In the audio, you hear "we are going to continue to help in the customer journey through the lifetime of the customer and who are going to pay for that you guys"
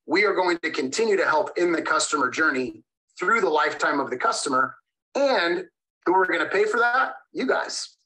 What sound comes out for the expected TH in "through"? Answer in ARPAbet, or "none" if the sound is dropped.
TH